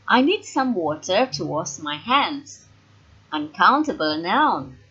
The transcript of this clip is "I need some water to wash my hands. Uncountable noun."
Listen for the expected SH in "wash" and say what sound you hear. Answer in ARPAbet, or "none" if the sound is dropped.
S